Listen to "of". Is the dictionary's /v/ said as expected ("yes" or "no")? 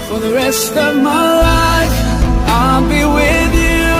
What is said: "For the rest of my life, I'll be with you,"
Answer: yes